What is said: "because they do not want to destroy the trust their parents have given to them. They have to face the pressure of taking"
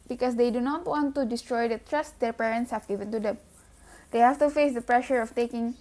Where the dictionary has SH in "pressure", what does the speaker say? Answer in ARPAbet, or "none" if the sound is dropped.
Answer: SH